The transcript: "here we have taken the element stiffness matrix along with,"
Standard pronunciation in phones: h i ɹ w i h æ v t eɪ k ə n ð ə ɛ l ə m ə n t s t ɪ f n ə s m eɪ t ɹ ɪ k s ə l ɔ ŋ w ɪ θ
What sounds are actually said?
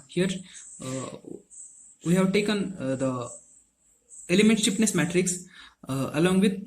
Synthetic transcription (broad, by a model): h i ɹ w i h æ v t eɪ k ə n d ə ɛ l ə m ə n t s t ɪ p n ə s m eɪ t ɹ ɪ k s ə l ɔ ŋ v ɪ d